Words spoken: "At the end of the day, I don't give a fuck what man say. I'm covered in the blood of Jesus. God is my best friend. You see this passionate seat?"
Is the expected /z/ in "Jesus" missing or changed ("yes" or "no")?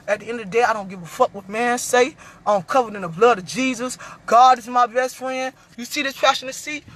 no